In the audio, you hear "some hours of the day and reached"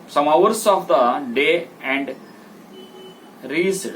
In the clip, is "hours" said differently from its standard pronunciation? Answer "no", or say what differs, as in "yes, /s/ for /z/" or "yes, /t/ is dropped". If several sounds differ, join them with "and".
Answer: yes, /s/ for /z/